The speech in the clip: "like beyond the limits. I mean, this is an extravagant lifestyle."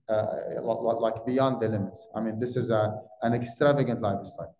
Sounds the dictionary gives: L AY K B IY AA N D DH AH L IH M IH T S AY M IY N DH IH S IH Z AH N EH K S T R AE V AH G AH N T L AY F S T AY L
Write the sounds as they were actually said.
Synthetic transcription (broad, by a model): L AY K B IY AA N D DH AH L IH M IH T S AY M IY N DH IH S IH Z AH N EH K S T R AE V AH G AH N T L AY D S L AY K